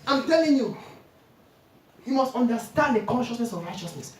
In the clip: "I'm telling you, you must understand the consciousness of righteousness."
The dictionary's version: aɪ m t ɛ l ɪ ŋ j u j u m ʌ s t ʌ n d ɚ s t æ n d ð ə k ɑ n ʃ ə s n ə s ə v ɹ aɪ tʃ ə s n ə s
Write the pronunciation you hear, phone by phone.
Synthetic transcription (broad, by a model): aɪ m t ɛ l ɪ ŋ j u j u m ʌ s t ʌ n d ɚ s t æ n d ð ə k ɑ n ʃ ə s n ə s ə v ɹ aɪ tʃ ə s n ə s